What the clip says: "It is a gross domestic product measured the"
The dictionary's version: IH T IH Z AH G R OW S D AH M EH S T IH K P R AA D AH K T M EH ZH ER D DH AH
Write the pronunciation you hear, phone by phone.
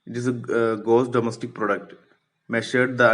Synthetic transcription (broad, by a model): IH T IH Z AH G OW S D AH M EH S T IH K P R AA D AH K T M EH SH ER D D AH